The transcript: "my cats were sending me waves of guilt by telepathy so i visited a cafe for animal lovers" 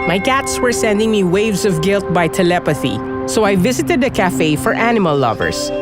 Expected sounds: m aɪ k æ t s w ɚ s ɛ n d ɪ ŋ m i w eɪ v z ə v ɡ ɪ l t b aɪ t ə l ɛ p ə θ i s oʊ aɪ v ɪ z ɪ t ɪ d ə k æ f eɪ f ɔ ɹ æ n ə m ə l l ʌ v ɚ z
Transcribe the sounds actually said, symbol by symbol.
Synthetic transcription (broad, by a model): m aɪ k æ t s w ɚ s ɛ n d ɪ ŋ m i w eɪ v z ə v ɡ ɪ l t b aɪ t ə l ɛ p ə θ i s oʊ aɪ v ɪ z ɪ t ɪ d ə k æ f eɪ f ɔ ɹ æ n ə m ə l l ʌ v ɚ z